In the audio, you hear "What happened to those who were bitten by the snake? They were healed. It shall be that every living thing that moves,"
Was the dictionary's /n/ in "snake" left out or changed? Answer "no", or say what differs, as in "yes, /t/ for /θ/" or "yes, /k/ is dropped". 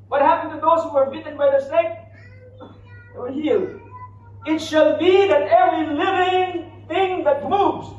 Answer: yes, /n/ is dropped